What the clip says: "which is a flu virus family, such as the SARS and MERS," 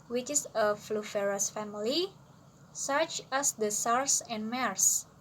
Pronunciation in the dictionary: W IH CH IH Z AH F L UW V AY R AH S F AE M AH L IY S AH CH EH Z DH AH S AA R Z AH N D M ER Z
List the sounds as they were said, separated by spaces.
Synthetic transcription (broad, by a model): W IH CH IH S AH F L UW F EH R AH S F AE M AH L IY S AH CH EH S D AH S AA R S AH N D M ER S